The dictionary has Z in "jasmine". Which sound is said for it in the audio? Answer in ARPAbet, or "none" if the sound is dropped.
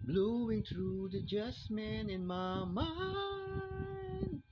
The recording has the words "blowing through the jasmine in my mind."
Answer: S